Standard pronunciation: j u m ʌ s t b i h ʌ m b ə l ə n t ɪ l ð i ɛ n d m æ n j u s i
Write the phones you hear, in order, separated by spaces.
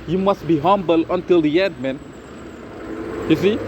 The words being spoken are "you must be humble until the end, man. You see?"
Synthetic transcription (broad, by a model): j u m ʌ s t b i h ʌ m b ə l ə n t ɪ l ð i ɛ d m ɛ n j u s i